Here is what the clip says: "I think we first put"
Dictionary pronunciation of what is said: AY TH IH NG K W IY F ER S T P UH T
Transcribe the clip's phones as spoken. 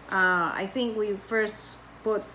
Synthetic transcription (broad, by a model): AY TH IH NG K W IY F ER S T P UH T